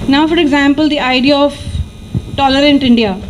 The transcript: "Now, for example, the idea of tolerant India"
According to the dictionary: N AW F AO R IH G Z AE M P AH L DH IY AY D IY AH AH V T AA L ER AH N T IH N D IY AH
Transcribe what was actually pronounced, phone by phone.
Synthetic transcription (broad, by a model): N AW F AO R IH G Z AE M P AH L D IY AY D IY AH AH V T AA L ER AH N T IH N D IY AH